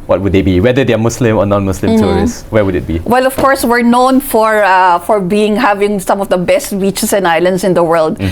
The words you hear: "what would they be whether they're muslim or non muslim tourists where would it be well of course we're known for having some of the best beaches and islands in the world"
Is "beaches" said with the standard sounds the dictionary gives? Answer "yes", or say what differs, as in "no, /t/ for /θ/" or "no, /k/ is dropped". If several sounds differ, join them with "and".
no, /s/ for /z/